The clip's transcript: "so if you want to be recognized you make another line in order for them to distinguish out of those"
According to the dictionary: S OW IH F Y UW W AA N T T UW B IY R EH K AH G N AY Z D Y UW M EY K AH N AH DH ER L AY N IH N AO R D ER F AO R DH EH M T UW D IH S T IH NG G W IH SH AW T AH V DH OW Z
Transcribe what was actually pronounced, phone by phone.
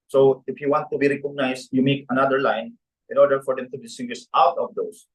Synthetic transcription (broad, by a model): S OW IH F Y UW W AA N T T UW B IY R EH K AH G N AY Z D Y UW M EY K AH N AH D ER L AY N IH N AO R D ER F AO R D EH M T UW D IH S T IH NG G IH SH AW T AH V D OW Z